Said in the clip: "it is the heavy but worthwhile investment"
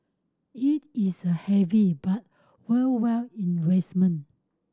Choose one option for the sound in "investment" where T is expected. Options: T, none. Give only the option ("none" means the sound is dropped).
none